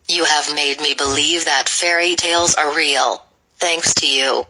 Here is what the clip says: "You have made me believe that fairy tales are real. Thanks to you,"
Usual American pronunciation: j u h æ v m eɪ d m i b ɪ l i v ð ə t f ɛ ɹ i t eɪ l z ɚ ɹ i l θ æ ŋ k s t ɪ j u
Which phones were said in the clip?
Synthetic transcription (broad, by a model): j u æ v m eɪ d m i b ɪ l i v ð ə t f ɛ ɹ i t eɪ l z ɚ ɹ i l θ æ ŋ k s t ɪ j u